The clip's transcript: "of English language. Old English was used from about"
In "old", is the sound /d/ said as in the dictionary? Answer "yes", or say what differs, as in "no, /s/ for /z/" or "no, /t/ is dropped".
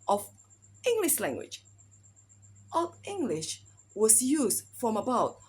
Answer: no, /d/ is dropped